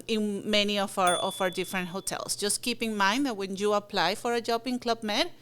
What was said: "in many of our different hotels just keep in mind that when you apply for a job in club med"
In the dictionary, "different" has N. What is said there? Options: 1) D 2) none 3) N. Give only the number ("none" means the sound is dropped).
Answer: 3